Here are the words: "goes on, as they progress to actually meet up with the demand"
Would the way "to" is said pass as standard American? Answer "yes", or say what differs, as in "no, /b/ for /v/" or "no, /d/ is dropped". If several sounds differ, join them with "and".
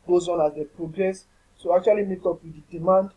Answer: no, /s/ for /t/